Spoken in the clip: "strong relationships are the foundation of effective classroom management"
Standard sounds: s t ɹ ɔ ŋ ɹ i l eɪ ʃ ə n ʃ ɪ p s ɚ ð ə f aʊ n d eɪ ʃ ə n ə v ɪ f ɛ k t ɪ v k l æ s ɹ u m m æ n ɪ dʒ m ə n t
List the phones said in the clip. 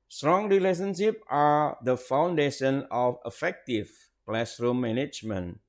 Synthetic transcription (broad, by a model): s t ɹ ɔ ŋ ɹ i l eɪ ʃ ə n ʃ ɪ p ɑ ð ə f aʊ n d eɪ ʃ ə n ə f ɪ f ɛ k t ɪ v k l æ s ɹ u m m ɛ n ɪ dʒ m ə n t